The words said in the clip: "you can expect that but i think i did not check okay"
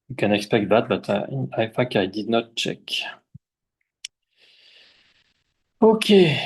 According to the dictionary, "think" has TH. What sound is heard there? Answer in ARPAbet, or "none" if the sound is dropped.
F